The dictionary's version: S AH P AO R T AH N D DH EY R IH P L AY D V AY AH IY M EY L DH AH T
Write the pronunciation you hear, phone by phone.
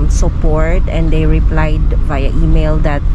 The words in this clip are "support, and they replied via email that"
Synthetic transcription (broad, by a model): S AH P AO R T AH N D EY R IH P L AY D B AY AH IY M EY L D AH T